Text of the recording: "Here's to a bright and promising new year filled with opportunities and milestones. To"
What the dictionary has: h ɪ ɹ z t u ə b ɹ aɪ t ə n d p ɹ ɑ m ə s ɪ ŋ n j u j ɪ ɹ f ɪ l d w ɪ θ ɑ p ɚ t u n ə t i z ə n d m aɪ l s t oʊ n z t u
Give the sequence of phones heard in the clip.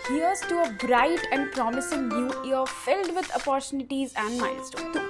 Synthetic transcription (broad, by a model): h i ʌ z t u ə b ɹ aɪ t ə n d p ɹ ɑ m ə s ɪ ŋ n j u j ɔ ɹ f ɪ l d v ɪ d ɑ p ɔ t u n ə t i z ə n d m aɪ n s t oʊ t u